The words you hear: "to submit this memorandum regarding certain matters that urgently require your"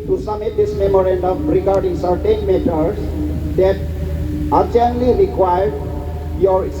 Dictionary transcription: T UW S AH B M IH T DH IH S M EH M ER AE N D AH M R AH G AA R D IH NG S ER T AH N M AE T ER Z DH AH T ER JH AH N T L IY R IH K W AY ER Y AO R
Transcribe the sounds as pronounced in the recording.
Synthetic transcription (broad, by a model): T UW S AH M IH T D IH S M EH M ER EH N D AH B R AH G AA R D IH NG S ER T AH N M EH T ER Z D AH T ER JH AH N L IY R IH K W AY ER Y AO R